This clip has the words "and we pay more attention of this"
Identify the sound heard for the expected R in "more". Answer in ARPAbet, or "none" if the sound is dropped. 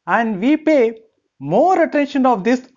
R